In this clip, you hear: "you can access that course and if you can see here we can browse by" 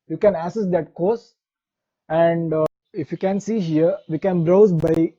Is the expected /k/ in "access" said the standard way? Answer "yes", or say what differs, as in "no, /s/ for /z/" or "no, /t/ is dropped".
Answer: no, /k/ is dropped